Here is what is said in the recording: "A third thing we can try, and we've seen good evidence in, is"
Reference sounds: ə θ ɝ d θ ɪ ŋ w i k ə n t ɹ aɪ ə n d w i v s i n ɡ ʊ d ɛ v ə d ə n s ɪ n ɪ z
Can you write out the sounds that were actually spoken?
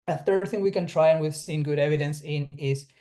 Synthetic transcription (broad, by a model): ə θ ɝ d θ ɪ ŋ w i k ə n t ɹ aɪ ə n w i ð s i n ɡ ʊ d ɛ v ə d ə n s ɪ n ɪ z